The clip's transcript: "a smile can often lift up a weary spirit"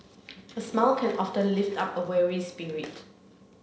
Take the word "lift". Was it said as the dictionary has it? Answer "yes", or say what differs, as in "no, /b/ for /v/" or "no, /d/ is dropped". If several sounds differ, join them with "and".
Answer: yes